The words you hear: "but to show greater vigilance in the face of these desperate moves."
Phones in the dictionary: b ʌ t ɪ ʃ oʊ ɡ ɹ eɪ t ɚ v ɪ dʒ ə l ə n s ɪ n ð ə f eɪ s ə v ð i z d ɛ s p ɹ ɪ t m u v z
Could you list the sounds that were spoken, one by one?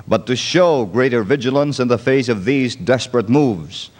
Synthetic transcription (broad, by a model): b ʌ t ɪ ʃ oʊ ɡ ɹ eɪ t ɚ v ɪ dʒ ə l ə n s ɪ n ð ə f eɪ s ə v ð i z d ɛ s p ɹ ɪ t m u v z